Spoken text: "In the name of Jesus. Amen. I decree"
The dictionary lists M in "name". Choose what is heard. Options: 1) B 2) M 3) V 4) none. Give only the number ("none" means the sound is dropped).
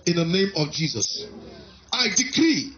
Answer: 2